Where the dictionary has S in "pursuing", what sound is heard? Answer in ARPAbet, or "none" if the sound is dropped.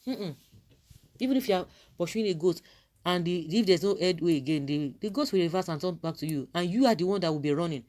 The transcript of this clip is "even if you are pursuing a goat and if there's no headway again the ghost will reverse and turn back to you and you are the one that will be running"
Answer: SH